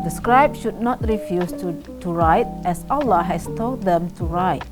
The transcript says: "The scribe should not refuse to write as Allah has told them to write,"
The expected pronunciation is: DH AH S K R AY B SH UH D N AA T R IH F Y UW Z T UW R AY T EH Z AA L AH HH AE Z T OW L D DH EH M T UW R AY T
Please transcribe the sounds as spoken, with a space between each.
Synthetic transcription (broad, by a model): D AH S K R AY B SH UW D N AA T R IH F Y UW S T UW R AY T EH S AA L AH HH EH S T OW L D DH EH M T UW R AY T